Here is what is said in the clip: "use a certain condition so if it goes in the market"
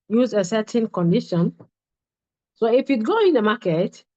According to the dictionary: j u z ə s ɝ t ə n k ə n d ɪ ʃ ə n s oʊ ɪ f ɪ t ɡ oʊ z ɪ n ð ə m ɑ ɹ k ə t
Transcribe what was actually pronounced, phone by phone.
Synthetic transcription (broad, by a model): j u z ə s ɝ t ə n k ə n d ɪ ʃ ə n s oʊ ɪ f ɪ t ɡ oʊ ɪ n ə m ɑ k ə t